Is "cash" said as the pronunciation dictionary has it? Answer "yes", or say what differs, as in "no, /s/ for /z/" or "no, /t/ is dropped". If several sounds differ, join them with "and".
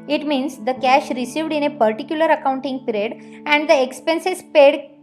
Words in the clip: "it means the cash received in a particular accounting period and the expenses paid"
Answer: yes